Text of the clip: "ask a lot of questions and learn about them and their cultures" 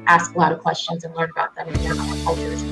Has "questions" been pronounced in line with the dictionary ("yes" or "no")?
yes